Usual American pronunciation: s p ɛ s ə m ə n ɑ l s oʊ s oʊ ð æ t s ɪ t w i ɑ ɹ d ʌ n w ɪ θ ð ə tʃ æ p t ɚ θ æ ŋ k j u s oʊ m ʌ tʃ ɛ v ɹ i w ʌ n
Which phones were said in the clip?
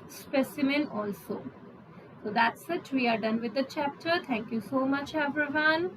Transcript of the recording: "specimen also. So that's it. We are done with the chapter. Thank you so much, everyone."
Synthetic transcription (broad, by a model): s p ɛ s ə m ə n ɑ l s oʊ s oʊ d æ t s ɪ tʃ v i ɑ ɹ d ʌ n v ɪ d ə tʃ æ p t ɚ t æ ŋ k j u s oʊ m ʌ tʃ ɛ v ɹ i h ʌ n